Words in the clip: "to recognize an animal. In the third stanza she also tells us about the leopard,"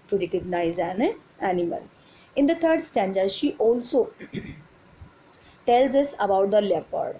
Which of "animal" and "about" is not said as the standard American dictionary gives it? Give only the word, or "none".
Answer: none